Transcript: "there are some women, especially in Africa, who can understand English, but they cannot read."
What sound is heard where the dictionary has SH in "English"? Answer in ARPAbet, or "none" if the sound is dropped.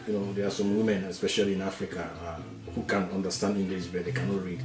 S